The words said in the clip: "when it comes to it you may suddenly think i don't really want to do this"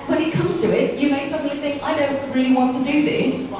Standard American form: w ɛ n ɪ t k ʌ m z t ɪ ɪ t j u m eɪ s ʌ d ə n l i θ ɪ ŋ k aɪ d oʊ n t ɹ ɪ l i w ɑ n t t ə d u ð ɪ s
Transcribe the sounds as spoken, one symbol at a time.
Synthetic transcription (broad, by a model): w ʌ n ɪ t k ʌ m z t ɪ ɪ t j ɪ m eɪ s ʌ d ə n l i θ ɪ ŋ k aɪ d oʊ n t ɹ ɪ l i w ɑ n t t ə d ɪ ð ɪ s